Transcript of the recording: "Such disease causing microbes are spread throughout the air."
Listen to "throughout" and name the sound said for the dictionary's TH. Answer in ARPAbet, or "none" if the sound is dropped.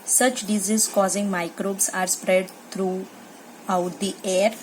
T